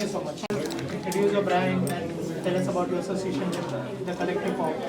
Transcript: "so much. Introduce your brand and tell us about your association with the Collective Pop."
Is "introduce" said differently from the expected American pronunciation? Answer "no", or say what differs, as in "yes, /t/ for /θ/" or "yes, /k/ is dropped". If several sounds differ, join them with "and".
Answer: yes, /n/ is dropped